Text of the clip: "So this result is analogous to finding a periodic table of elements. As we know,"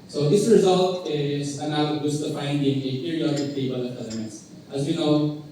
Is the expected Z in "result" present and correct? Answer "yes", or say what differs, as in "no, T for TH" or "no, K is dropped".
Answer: yes